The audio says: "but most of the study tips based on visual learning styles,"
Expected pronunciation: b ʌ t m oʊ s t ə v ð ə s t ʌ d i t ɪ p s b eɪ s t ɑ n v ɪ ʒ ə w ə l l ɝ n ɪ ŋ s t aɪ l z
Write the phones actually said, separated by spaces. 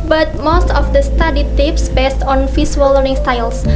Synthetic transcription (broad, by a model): b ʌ t m oʊ s t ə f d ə s t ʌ d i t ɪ p s b eɪ s t ɑ n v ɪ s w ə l l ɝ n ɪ ŋ s t aɪ l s